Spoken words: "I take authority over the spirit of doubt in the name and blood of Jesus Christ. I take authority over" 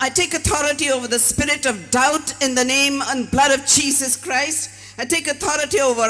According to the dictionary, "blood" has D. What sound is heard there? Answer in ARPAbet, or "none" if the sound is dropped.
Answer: D